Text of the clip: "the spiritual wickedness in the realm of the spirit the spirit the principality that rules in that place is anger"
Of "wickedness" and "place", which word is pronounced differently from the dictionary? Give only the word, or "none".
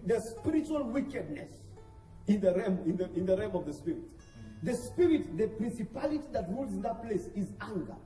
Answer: none